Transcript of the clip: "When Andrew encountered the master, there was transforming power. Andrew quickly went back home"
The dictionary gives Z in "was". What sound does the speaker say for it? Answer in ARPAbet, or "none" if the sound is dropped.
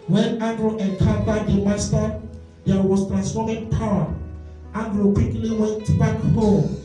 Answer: S